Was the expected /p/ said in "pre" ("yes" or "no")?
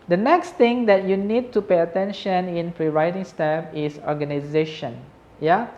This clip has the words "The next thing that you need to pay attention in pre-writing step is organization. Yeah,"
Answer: no